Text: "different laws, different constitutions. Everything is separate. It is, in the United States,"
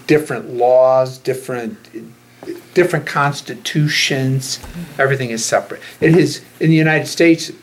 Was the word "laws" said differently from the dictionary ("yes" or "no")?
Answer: no